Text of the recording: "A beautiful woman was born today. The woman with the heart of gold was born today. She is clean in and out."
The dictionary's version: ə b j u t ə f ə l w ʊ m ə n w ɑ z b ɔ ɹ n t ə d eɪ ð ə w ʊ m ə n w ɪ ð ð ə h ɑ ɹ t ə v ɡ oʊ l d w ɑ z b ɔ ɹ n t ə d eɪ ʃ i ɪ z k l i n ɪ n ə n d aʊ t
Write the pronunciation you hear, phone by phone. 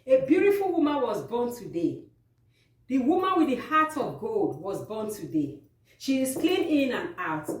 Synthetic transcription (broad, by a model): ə b j u t ə f ə l w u m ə n w ɑ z b ɔ n t ə d eɪ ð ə w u m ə n w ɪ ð ð ə h ɑ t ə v ɡ oʊ l d w ɑ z b ɔ n t ə d eɪ ʃ i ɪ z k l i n ɪ n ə n aʊ t